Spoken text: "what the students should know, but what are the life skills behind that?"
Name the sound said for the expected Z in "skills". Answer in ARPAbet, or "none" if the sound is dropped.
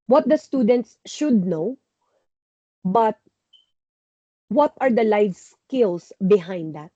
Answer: S